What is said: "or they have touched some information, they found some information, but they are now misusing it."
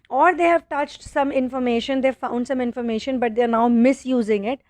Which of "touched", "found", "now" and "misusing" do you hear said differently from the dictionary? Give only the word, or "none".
none